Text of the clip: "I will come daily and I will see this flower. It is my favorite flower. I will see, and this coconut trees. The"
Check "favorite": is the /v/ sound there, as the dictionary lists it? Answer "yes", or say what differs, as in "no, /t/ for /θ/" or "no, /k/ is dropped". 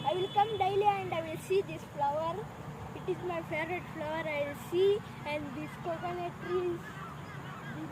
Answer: no, /v/ is dropped